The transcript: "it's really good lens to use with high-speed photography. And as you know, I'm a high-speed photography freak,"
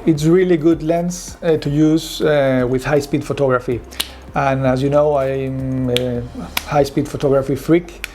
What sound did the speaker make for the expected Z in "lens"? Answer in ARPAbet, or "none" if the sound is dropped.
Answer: S